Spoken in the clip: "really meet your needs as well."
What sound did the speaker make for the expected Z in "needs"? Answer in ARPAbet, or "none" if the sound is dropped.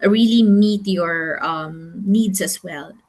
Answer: S